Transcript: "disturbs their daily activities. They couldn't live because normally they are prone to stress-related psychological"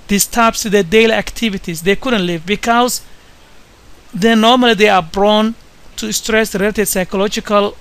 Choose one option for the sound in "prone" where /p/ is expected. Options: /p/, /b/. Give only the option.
/b/